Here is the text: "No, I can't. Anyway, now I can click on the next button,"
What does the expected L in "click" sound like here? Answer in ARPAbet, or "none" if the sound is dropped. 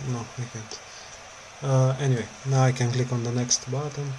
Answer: L